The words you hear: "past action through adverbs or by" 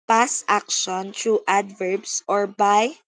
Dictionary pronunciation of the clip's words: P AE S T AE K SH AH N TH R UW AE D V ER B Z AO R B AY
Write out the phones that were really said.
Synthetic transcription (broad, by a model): P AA S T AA K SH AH N T R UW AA D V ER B S AO R B AY